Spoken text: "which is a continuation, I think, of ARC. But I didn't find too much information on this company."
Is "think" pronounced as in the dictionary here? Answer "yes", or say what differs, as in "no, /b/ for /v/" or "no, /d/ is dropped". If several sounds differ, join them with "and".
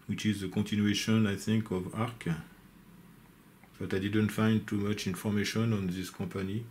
yes